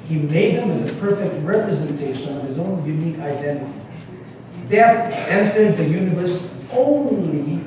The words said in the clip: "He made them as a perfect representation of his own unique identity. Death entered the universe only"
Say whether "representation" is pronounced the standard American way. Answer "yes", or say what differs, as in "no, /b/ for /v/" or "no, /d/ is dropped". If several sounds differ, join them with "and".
yes